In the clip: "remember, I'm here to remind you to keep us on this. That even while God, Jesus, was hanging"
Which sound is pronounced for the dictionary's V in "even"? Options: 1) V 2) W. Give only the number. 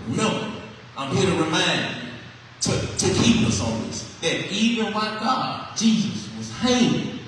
1